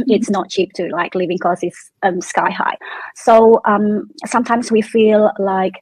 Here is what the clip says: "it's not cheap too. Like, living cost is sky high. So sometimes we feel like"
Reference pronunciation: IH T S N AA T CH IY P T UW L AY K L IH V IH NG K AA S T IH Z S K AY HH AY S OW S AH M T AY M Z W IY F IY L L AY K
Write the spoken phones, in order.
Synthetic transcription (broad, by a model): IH T S N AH T CH IY P T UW L AY K L IH V IH NG K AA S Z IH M S K AY HH AY S OW S AH M T AY M Z W IY F IY L L AY K